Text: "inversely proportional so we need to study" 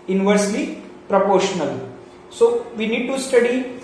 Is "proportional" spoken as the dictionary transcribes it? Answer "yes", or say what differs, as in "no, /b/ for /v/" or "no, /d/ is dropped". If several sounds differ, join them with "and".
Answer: yes